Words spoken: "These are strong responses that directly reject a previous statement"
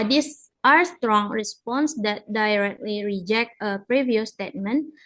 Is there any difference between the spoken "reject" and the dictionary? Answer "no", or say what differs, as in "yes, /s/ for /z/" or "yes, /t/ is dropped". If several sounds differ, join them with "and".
no